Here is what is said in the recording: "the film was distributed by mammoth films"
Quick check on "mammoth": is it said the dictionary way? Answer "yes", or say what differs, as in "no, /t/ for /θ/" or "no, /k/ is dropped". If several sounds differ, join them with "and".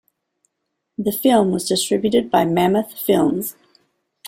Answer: yes